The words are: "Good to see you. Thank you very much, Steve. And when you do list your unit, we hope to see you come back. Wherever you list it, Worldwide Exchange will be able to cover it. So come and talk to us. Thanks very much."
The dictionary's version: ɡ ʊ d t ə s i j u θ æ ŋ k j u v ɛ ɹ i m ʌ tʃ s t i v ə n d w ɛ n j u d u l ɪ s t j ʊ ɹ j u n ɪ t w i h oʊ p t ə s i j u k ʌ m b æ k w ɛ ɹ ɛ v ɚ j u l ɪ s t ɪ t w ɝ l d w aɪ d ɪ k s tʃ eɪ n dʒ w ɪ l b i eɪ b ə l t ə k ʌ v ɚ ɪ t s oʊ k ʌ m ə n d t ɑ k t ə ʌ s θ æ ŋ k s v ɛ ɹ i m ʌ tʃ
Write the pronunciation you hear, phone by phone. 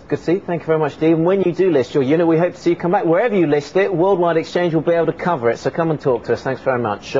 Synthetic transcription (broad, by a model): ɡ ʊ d s i θ æ ŋ k j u v ɛ ɹ i m ʌ tʃ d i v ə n w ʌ n j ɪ d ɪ l ɪ s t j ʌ ɹ j u n ɪ t w i h oʊ p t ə s i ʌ k ʌ m b æ k w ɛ ɹ ɛ v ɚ j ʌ l ɪ s t ɪ t w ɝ l d w aɪ d ɪ k s tʃ eɪ n dʒ w ɪ l b i eɪ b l t ə k ʌ v ɚ ɪ t s oʊ k ʌ m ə n t ɑ k t ə ʌ s θ æ ŋ k s v ɛ ɹ i m ʌ tʃ